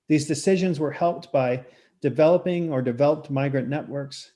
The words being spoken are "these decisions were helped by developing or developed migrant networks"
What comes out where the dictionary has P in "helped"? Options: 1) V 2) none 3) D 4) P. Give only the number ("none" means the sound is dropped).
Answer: 4